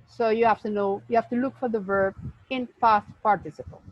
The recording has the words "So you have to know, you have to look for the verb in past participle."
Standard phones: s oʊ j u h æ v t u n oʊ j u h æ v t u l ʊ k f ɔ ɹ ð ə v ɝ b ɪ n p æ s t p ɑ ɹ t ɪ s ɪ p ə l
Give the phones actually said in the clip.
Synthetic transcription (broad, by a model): s oʊ j u h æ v t u n oʊ j u h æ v t u l ʊ k f ɔ ɹ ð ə v ɝ b ɪ n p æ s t p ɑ ɹ t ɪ s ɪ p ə l